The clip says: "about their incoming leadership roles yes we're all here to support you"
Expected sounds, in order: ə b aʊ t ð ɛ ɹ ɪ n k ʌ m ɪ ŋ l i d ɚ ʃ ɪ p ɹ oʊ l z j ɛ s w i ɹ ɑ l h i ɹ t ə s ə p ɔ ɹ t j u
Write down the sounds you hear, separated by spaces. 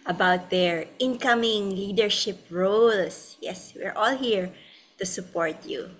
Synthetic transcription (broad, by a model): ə b aʊ t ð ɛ ɹ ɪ n k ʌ m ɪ ŋ l i d ɚ ʃ ɪ p ɹ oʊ l s j ɛ s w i ɹ ɑ l h i ɹ t ə s ə p ɔ ɹ t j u